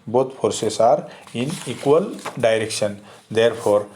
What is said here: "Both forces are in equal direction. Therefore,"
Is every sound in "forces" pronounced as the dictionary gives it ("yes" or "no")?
no